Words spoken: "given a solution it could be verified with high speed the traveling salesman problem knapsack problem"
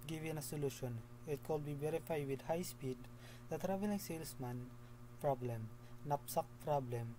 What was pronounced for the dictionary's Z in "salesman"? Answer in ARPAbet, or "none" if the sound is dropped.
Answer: S